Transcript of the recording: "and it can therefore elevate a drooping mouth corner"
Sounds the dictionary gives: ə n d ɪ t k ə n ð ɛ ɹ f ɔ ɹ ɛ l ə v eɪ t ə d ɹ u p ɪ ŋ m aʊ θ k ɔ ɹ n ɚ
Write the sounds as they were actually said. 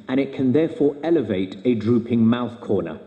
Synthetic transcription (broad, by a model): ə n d ɪ t k ə n ð ɛ f ɔ ɹ ɛ l ə v eɪ t ə d ɹ u p ɪ ŋ m aʊ θ k ɔ n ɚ